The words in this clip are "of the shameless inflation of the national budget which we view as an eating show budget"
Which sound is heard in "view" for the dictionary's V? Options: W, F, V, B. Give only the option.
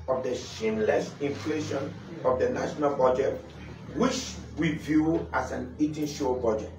V